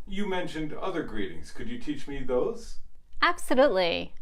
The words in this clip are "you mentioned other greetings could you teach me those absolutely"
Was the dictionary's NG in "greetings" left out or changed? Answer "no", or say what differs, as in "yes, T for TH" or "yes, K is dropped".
no